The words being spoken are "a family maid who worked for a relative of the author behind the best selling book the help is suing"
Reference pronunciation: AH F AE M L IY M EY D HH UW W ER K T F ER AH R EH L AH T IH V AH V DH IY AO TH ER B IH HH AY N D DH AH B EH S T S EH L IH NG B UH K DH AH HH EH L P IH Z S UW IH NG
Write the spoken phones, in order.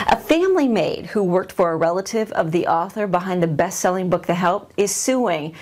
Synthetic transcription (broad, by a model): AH F AE M L IY M EY D HH UW W ER K T F ER AH R EH L AH T IH V AH V DH IY AO TH ER B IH HH AY N DH AH B EH S T S EH L IH NG B UH K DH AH HH EH L P IH Z S UW IH NG